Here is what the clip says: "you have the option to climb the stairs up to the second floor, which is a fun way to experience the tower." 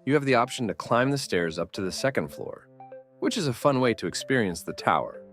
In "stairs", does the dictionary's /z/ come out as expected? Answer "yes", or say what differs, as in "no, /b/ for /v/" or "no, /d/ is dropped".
yes